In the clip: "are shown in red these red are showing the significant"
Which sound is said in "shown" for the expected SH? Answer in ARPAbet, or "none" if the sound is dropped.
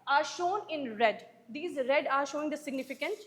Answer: SH